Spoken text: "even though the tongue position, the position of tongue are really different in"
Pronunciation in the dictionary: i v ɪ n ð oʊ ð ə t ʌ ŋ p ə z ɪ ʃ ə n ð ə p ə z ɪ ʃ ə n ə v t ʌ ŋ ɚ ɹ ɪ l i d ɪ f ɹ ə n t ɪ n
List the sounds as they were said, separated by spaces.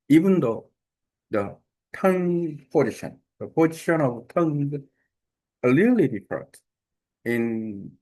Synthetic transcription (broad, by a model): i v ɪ n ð oʊ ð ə t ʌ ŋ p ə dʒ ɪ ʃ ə n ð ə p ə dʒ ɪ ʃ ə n ə v t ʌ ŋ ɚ l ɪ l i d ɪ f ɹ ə t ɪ n